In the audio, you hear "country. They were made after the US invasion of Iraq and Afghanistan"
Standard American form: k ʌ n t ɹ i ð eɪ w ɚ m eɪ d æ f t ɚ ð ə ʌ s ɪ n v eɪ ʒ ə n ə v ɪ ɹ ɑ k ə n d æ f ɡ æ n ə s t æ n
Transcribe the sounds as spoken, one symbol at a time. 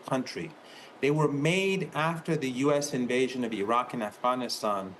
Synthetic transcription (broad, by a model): k ʌ n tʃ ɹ i ð eɪ w ɚ m eɪ d æ f t ɚ ð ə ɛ s ɪ n v eɪ ʒ ə n ə v ɪ ɹ ɑ k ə n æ f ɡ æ n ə s t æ n